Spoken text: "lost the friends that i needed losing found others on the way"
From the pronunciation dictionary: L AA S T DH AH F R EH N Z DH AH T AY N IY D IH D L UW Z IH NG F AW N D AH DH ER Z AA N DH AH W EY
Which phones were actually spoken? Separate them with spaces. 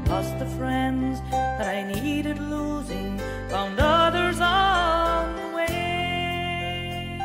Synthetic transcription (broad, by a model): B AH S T DH AH F R EH N Z DH AH T AY N IY D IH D L UW Z IH NG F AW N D AH DH ER Z AA N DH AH W EY